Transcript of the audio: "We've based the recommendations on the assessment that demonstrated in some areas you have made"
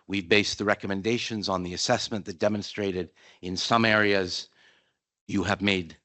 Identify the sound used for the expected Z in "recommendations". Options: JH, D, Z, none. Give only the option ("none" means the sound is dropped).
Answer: Z